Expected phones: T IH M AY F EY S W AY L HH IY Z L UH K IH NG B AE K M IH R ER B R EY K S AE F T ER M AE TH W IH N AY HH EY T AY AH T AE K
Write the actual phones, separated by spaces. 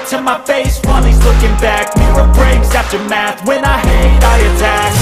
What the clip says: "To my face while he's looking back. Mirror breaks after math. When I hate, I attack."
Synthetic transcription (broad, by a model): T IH M AY F EY S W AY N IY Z L UH K IH NG B AE K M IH ER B R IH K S AE F T ER M AE TH W IH N AY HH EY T AY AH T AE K